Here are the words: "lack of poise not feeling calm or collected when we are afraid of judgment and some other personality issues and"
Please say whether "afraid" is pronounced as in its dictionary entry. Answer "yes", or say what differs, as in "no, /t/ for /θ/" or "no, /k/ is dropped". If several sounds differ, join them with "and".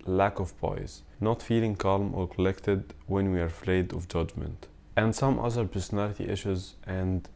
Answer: no, /l/ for /ɹ/